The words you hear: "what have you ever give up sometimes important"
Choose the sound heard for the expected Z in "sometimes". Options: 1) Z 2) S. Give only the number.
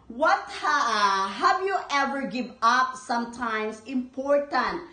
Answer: 2